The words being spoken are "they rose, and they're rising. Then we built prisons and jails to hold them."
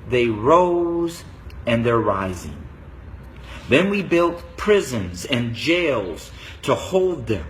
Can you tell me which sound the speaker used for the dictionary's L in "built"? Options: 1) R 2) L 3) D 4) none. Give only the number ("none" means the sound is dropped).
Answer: 2